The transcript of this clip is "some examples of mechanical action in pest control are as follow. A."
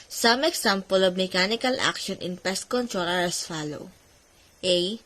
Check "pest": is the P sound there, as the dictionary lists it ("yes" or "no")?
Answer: yes